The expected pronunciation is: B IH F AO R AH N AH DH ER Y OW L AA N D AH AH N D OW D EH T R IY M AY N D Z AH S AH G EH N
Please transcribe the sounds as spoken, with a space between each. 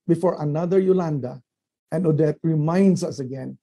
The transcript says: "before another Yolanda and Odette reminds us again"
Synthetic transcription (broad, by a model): B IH F AO R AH N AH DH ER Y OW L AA N D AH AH N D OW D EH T R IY M AY N D S AH S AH G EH N